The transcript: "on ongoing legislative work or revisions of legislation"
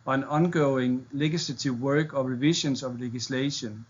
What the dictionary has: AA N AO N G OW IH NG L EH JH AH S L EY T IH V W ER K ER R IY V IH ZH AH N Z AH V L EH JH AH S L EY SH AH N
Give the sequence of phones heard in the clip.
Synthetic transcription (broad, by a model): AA N AO N G OW IH NG L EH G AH S L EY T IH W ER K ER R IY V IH SH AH N S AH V L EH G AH S L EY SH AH N